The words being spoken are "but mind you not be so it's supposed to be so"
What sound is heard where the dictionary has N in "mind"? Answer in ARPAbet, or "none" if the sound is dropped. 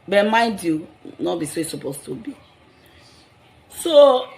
none